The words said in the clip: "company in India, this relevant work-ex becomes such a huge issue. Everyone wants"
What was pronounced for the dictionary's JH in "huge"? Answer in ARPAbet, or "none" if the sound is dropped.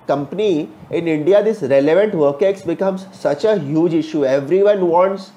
JH